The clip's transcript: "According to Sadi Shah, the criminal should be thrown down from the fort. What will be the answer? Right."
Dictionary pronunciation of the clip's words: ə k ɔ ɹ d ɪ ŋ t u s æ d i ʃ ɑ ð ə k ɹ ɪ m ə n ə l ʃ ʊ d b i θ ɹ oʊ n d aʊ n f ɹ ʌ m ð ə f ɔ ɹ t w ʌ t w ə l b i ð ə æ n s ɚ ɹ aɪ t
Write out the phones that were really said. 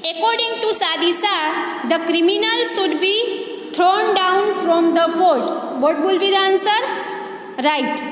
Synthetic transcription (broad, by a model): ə k ɔ ɹ d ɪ ŋ t u s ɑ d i s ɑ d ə k ɹ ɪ m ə n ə l ʃ ʊ d b i t ɹ oʊ n d aʊ n f ɹ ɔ m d ə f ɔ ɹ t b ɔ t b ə l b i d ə n s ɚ ɹ aɪ t